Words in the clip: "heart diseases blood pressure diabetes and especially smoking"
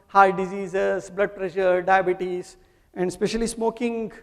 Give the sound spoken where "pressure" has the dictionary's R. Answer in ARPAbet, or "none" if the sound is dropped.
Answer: R